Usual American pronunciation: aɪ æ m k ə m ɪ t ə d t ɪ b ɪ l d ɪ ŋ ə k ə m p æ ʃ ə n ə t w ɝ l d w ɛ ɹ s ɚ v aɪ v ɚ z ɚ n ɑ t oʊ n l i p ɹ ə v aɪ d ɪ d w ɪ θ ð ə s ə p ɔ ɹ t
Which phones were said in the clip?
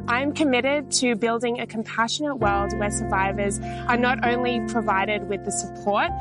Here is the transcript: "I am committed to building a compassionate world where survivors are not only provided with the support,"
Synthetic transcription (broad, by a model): aɪ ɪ m k ə m ɪ t ə d t ɪ b ɪ l d ɪ ŋ ə k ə m p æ ʃ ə n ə t w ɝ l d w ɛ ɹ s ɚ v aɪ v ɚ z ɚ n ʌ t oʊ n l i p ɹ ə v aɪ d ɪ d w ɪ ð ə s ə p ɔ ɹ t